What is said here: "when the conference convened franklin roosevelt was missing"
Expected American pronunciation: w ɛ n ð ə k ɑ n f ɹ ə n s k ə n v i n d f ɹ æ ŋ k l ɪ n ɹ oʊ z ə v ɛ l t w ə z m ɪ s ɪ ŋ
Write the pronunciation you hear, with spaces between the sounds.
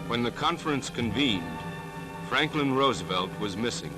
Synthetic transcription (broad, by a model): w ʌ n ð ə k ɑ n f ɹ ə n s k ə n v i n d f ɹ æ ŋ k l ɪ n ɹ oʊ z ə v ɛ l t w ə z m ɪ s ɪ ŋ